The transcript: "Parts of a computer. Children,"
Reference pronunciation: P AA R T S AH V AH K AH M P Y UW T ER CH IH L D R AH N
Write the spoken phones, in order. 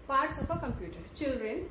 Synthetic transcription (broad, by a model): P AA R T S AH P AH K AH M P Y UW T ER CH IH L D R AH N